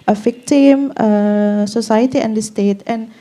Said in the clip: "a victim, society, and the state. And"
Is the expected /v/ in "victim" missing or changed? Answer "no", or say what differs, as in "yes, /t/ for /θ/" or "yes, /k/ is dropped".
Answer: yes, /f/ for /v/